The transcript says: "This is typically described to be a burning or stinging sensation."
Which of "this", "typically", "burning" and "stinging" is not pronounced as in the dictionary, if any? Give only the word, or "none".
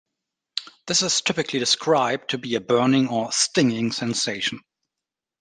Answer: none